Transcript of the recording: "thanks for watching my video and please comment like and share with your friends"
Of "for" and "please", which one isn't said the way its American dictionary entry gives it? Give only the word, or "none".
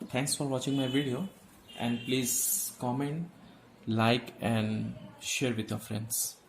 none